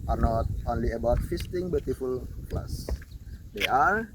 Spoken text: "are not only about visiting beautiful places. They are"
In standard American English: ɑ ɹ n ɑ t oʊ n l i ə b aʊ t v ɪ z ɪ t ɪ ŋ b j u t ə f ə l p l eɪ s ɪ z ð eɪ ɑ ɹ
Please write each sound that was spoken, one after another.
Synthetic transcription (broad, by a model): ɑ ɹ n ɑ t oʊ n l i ə b aʊ t f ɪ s t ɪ ŋ b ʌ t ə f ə l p l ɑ s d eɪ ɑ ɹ